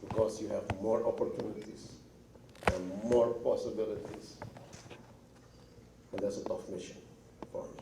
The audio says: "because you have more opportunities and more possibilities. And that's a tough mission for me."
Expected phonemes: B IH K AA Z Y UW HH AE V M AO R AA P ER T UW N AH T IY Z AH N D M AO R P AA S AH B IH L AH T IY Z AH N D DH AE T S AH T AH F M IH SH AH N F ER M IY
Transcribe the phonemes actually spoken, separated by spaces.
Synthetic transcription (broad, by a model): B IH K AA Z Y UW HH AE V M AO R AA P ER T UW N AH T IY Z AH N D M AO R P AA S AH B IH L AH T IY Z AH N D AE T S AH T AH F M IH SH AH N P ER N